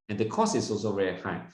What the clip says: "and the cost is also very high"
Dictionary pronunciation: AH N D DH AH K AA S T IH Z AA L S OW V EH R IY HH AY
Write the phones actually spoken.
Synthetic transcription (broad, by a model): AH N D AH K AA S IH S AA L S OW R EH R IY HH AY